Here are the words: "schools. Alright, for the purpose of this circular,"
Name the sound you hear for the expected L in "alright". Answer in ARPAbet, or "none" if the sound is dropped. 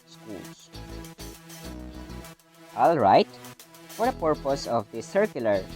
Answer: L